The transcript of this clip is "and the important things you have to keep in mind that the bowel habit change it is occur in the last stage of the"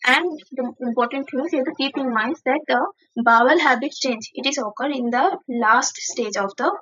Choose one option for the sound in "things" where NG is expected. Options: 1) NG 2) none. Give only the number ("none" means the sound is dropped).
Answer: 2